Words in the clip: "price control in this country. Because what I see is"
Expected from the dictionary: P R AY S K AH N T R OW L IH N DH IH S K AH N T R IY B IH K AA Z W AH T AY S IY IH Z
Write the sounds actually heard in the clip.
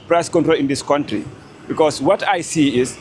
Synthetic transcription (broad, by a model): P R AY S K AH N T R OW L IH N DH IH S K AH N T R IY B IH K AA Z W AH T AY S IY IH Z